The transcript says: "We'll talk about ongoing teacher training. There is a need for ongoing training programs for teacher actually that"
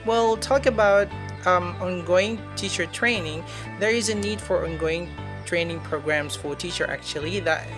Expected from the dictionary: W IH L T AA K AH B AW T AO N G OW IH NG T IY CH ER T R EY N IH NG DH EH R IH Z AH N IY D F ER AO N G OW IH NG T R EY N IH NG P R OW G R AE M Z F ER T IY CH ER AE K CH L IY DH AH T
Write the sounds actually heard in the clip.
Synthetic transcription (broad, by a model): W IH L T AA K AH B AW T AO N G OW IH NG T IY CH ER T R EY N IH NG DH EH R IH Z AH N IY D F ER AO N G OW IH NG T R EY N IH NG P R OW G R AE M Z F ER T IY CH ER AE K CH L IY DH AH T